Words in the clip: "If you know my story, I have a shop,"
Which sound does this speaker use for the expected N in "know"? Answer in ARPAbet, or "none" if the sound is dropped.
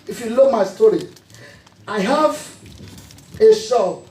L